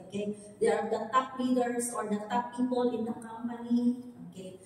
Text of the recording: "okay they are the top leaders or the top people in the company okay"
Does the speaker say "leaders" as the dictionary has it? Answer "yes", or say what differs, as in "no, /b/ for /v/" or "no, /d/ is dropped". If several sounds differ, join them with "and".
no, /s/ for /z/